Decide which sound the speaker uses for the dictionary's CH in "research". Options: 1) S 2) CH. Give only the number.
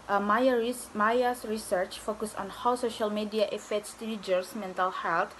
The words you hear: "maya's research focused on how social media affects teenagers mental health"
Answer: 2